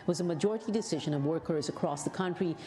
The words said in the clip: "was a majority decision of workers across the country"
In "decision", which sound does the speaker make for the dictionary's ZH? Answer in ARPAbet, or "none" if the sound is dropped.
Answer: ZH